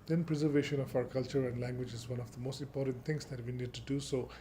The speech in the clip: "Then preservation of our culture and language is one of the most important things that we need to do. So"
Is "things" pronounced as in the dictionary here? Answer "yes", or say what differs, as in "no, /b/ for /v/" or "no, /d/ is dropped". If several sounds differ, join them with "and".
no, /t/ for /θ/